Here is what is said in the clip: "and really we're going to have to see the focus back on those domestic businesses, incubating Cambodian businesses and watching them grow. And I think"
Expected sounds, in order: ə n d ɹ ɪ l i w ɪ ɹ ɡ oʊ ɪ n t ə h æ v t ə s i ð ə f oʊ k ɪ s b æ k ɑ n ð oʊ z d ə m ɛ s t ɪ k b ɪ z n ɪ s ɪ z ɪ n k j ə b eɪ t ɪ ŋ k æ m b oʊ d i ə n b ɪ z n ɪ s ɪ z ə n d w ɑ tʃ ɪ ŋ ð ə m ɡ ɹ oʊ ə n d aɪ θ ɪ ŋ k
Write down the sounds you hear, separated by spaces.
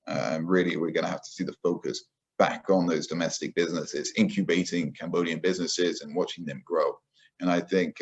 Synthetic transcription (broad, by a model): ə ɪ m ɹ ɪ l i w ɪ ɹ ɡ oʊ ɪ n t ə h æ f t ə s i ð ə f oʊ k ɪ s b æ k n ð oʊ z d ə m ɛ s t ɪ k b ɪ z n ɪ s ɪ z ɪ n k j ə b eɪ t ɪ ŋ k æ m b oʊ d i ə n b ɪ z n ɪ s ɪ z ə n w ɑ tʃ ɪ ŋ ð ə m ɡ ɹ oʊ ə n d aɪ θ ɪ ŋ k